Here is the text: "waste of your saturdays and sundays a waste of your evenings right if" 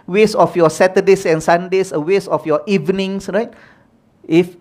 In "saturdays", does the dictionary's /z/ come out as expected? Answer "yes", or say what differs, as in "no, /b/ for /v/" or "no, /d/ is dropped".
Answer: no, /s/ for /z/